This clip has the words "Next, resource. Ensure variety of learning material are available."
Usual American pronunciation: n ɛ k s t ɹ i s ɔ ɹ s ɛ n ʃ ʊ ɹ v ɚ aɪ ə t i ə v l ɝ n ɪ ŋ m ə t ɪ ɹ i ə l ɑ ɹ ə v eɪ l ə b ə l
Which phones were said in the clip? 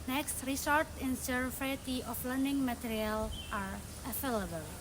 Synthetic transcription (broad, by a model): n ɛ k s t ɹ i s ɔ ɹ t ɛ n s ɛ ɹ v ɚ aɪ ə t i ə f l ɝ n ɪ ŋ m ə t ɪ ɹ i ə l ɑ ɹ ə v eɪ l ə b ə l